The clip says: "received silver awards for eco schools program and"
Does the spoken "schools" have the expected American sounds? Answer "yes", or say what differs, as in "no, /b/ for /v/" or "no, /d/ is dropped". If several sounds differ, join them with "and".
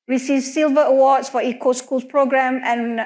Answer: no, /z/ is dropped